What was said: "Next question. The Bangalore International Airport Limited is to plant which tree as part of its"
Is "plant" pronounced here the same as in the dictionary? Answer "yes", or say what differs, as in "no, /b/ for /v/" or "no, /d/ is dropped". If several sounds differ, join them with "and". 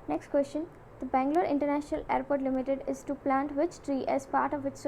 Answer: yes